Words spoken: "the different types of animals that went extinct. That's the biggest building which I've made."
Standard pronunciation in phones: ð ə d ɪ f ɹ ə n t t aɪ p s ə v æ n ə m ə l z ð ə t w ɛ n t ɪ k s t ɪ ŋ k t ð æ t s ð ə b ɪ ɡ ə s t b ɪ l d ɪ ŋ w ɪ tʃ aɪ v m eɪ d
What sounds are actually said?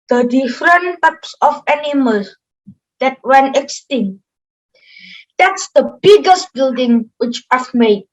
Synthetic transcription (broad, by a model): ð ə d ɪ f ɹ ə n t t aɪ p s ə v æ n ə m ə l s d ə t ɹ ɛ n ɪ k s t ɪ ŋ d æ t s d ə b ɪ ɡ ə s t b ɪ l d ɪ ŋ w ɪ tʃ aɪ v m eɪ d